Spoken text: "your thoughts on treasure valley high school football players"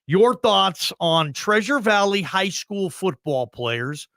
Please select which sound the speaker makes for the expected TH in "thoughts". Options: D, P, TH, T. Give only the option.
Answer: TH